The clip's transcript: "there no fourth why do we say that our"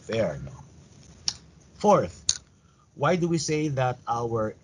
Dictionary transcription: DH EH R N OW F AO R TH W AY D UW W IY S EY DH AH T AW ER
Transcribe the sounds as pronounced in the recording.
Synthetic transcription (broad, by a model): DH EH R N OW F AO R TH W AY D UW W IY S EY DH AH T AW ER